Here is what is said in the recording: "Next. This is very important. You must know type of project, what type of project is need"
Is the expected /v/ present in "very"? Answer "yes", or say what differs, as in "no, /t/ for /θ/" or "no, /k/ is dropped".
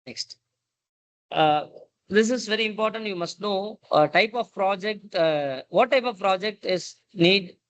yes